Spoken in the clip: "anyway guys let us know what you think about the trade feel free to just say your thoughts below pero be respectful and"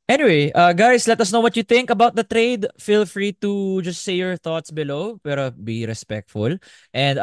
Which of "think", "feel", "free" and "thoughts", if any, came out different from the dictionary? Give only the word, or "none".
none